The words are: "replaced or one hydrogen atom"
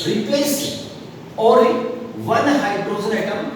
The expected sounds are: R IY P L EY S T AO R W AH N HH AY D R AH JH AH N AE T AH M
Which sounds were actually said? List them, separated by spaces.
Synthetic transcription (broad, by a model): R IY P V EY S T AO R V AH N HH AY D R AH Z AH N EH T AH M